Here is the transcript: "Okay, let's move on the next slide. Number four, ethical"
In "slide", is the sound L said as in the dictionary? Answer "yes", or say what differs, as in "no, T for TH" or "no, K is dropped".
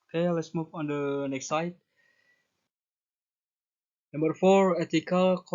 no, L is dropped